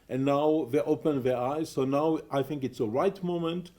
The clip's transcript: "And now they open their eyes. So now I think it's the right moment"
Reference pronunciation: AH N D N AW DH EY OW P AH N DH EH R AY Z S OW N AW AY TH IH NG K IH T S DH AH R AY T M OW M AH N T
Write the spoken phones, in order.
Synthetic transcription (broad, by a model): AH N N AW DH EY OW P AH N DH EH R AY Z S OW N AW AY TH IH NG K IH T S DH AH R AY T M OW M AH N T